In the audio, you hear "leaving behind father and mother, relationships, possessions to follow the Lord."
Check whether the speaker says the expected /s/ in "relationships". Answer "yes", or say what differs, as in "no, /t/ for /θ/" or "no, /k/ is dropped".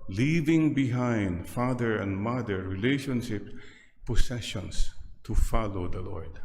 no, /s/ is dropped